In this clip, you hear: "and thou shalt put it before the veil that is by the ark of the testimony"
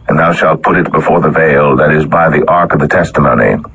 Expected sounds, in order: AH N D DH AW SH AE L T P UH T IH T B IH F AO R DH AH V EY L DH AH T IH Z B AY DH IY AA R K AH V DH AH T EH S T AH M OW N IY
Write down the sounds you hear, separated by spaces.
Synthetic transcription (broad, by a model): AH N DH AW SH AE L T P UH T IH T B IH F AO R DH AH V EY L DH AH T IH Z B AY DH IY AA R K AH V DH AH T EH S T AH M OW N IY